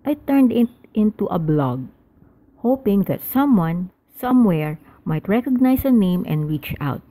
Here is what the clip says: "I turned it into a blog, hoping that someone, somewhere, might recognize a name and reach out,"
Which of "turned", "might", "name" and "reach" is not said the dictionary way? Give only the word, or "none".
none